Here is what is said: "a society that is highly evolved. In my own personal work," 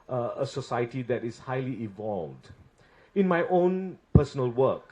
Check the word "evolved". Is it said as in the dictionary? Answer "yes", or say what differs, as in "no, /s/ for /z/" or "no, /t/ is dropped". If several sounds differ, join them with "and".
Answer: yes